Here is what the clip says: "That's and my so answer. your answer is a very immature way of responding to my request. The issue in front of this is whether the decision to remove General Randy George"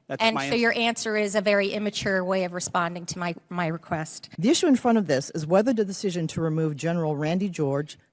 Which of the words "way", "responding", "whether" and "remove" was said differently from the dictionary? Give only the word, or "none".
none